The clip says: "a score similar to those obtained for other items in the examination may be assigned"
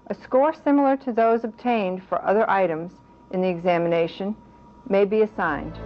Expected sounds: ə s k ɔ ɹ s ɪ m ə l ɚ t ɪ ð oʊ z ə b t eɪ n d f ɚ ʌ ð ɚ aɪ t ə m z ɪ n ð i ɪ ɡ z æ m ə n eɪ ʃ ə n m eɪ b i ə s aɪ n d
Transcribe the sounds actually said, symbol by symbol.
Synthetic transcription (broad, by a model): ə s k ɔ ɹ s ɪ m l ɚ t ɪ ð oʊ z ə b t eɪ n d f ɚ ʌ ð ɚ aɪ t ə m z ɪ n ð i ɪ ɡ z æ m ə n eɪ ʃ ə n m eɪ b i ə s aɪ n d